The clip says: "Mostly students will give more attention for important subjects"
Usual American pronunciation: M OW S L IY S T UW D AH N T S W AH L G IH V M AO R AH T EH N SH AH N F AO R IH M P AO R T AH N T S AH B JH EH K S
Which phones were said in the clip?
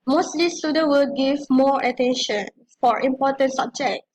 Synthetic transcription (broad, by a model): M OW S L IY S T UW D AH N W AH L G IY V M AO R AH T EH N SH AH N F AO R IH M P AO T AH N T S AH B JH EH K